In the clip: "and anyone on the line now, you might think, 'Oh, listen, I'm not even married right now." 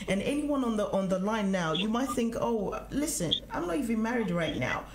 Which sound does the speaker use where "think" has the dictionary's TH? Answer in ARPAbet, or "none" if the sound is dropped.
TH